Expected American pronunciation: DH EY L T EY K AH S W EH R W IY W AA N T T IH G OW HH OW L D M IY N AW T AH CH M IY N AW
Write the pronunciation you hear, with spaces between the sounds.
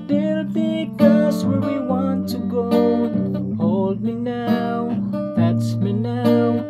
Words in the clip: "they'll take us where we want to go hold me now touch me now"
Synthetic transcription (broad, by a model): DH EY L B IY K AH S W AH R W IY W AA N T T IH G OW HH OW L D M IY N AW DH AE S M IY N AW